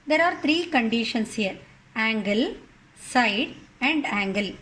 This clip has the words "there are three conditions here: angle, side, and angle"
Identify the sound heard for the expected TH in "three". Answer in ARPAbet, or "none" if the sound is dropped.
T